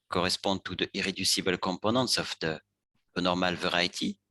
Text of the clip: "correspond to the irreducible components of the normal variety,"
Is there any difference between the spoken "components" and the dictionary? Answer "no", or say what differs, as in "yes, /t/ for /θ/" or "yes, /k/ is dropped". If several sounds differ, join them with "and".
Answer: yes, /m/ is dropped